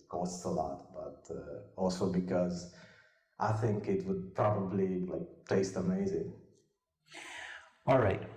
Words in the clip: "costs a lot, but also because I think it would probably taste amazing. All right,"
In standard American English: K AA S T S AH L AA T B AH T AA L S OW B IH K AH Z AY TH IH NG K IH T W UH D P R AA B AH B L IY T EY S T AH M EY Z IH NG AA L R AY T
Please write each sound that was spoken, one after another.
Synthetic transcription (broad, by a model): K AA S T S AH L AA T B AH T AA L S OW B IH K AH Z AY TH IH NG K IH T W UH D P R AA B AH B L IY T EY S T AH M EY Z IH NG AA L R AY T